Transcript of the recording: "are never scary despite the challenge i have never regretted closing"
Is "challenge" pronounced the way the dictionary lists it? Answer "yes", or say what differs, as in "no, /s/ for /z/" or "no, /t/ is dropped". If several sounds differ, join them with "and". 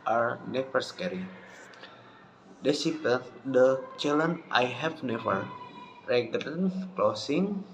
no, /dʒ/ is dropped